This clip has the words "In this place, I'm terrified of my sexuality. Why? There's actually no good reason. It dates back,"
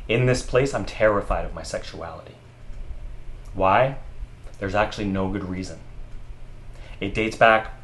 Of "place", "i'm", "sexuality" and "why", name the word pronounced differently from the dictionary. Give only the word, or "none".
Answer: none